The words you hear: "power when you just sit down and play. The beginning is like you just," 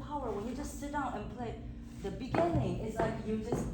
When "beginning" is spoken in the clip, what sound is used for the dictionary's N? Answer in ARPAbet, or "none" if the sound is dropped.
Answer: N